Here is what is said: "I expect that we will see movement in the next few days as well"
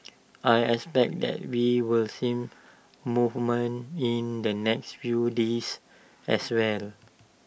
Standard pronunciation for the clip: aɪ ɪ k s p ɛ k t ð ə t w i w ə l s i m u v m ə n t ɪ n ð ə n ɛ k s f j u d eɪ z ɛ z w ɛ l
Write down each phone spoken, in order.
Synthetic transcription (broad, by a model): aɪ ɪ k s p ɛ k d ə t w i w ə l s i m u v m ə n ɪ n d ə n ɛ k s f j u d eɪ s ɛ s w ɛ l